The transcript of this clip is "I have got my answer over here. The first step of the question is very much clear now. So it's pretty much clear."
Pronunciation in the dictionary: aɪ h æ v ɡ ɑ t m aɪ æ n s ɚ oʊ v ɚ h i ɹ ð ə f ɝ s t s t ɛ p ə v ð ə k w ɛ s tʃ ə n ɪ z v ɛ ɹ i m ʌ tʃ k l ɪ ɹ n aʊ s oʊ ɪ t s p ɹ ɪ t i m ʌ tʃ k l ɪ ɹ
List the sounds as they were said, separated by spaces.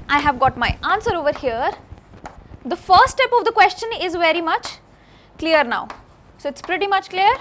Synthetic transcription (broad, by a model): aɪ h æ v ɡ ɑ t m aɪ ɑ n s ɚ oʊ v ɚ h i ɹ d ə f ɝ t s t ɛ p ə v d ə k w ɛ s tʃ ə n ɪ z v ɛ ɹ i m ʌ tʃ k l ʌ ɹ n aʊ s oʊ ɪ t s p ɹ ɪ t i m ʌ tʃ k l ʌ ɹ